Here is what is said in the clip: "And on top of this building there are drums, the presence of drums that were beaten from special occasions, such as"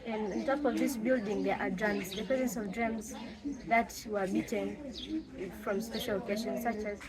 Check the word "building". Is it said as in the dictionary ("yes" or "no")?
yes